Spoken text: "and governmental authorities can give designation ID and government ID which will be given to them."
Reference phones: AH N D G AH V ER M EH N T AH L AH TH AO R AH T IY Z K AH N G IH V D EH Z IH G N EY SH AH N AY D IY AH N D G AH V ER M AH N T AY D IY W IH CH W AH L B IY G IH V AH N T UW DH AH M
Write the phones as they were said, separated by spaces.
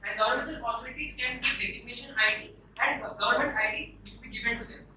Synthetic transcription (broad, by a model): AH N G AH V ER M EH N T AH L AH S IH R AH T IY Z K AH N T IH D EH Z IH G N EY SH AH N AY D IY AH N D G AH V ER M AH N T AY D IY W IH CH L B IY G IH V AH N T UW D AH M